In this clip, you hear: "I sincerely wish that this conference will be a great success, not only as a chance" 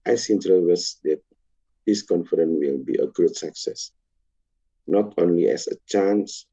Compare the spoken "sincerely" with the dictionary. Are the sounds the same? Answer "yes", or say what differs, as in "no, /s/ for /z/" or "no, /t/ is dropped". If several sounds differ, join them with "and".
no, /l/ is dropped